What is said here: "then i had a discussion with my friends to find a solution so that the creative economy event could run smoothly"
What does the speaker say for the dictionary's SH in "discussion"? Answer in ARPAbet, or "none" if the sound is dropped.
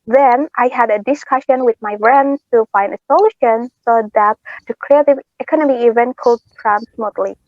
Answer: SH